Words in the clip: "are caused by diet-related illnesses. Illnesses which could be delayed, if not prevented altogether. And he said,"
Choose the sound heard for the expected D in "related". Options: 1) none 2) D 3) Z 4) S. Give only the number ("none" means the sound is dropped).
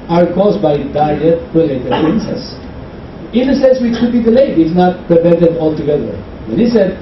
1